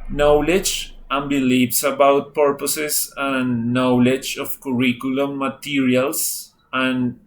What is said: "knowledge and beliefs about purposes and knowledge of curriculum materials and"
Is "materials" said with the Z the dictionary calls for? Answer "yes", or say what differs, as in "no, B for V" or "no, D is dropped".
no, S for Z